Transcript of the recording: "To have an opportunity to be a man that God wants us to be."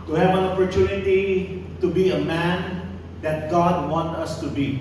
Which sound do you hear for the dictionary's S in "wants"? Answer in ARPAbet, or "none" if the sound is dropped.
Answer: none